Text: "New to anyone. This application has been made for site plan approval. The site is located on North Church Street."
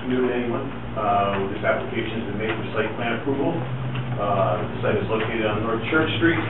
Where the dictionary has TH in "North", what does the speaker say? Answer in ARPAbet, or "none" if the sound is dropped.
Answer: TH